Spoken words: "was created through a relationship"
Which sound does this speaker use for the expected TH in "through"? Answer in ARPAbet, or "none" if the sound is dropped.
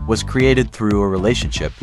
TH